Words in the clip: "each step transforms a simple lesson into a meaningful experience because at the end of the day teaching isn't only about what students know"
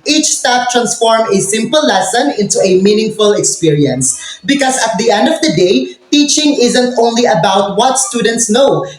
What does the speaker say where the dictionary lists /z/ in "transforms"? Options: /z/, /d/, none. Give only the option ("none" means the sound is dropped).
none